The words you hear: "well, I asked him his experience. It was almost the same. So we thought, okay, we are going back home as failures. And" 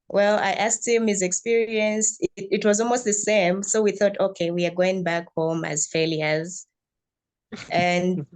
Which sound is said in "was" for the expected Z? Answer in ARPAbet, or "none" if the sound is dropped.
Z